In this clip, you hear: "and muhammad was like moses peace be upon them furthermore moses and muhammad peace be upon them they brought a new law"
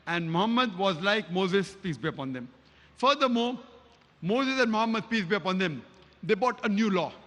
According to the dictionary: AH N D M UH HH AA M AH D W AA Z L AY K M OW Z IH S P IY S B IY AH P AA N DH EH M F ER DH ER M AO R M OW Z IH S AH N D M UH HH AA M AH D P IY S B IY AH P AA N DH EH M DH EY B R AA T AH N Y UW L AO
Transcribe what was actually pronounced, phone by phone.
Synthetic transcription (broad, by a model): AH N D M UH HH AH M AH D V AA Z L AY K M OW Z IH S P IY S B IY AH P AA N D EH M F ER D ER M AO R M OW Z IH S AH N D M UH HH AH M AH D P IY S B IY AH P AA N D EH M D EY B AA T AH N Y UW L AO